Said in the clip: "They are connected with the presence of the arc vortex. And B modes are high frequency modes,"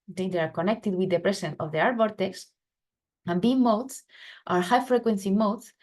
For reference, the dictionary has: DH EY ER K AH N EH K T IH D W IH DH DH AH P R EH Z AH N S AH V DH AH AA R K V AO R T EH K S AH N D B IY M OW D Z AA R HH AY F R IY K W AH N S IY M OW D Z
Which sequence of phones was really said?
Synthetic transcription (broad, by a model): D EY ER K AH N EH K T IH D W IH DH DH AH P R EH S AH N AH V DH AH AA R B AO R T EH K S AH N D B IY M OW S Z AA R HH AY F R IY K W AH N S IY M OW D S